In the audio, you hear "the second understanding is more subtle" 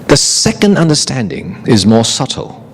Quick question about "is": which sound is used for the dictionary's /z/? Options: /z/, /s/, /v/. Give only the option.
/z/